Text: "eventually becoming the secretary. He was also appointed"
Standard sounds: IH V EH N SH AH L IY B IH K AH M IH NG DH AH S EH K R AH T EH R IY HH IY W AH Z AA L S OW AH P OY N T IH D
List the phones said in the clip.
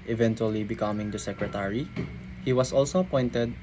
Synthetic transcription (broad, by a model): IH V EH N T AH L IY B IH K AH M IH NG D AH S EH K R AH T EH R IY HH IY W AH S AA L S OW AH P OY N T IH D